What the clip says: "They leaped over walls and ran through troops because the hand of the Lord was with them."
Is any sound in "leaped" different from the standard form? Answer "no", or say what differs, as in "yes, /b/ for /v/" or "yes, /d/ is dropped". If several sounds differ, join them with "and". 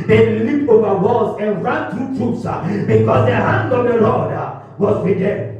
yes, /t/ is dropped